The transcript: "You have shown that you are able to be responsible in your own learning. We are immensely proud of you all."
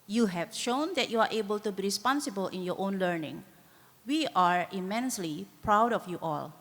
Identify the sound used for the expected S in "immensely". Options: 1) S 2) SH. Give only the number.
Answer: 1